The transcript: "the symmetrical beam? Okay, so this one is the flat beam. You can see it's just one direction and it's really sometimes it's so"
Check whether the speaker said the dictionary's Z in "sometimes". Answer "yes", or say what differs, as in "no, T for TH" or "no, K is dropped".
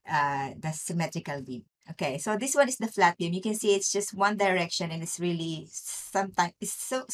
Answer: no, Z is dropped